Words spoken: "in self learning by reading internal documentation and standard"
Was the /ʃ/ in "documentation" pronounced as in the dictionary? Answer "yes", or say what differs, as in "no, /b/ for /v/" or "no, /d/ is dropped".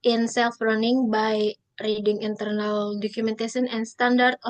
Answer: no, /s/ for /ʃ/